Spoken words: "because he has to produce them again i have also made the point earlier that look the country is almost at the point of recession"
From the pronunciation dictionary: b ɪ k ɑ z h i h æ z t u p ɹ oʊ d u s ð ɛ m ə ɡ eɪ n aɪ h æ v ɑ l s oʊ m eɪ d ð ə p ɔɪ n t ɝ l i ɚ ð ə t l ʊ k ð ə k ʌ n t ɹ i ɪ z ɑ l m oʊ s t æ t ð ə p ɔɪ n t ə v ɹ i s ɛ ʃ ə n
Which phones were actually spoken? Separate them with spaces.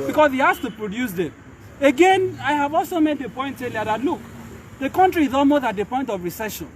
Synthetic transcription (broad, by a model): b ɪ k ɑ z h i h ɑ s t u p ɹ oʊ d u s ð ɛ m ə ɡ eɪ n aɪ h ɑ v ɑ l s oʊ m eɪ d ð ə p ɔɪ n t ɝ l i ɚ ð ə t l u k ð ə k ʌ n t ɹ i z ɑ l m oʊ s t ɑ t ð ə p ɔɪ n t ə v ɹ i s ɛ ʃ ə n